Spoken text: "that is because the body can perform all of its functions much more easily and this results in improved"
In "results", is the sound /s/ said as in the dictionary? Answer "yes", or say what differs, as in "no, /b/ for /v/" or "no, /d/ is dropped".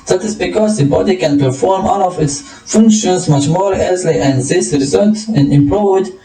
no, /s/ is dropped